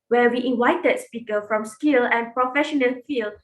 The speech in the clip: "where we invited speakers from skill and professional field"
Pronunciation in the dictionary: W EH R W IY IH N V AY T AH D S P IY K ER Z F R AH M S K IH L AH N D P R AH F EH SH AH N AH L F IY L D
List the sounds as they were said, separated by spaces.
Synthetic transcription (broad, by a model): W EH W IY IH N W AY T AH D S P IY K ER F R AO M S K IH L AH N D P R AH F EH SH AH N AH L F IY L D